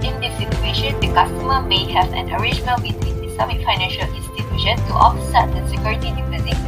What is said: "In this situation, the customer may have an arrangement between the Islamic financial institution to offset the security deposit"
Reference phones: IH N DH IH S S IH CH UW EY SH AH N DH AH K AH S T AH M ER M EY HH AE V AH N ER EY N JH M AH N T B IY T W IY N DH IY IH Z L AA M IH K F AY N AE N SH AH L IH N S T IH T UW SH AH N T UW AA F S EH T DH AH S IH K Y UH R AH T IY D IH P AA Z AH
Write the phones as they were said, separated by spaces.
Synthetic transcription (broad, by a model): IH N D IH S S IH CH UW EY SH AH N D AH K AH S T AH M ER M EY HH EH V AH N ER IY JH AH N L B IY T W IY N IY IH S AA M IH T F AY N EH N SH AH L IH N S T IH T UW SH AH N T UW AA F S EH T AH S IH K Y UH R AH T IY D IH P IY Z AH